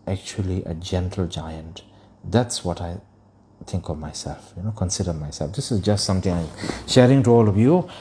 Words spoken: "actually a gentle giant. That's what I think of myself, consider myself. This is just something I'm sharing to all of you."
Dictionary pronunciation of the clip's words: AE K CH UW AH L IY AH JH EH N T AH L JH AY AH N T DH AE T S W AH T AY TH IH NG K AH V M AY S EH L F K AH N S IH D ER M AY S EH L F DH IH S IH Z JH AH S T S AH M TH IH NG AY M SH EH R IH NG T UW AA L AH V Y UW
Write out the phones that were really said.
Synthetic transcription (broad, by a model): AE K CH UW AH L IY AH JH EH N T AH L JH AY AH N T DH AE T S W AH T AY T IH NG K AH V M AY S EH L F K AH N S IH D ER M AY S EH L F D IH S IH Z JH AH S T S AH M T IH NG AY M SH EH R IH NG T UW AA L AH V Y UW